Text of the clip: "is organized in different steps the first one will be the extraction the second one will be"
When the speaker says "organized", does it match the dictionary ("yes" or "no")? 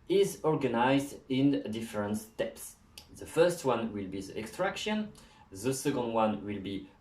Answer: yes